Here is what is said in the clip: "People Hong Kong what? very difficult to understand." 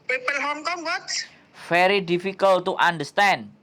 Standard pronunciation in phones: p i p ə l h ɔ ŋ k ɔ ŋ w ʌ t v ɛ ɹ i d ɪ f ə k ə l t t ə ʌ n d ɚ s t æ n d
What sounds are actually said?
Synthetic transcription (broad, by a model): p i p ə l h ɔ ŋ k ɔ ŋ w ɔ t f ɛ ɹ i d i f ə k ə l t t ə n d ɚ s t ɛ n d